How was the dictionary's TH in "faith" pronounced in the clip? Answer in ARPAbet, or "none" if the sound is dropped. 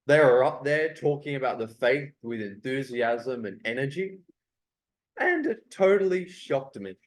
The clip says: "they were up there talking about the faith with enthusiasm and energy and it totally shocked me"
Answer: TH